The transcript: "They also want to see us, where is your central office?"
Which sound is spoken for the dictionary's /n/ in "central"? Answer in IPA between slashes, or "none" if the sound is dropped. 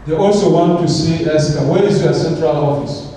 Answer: /n/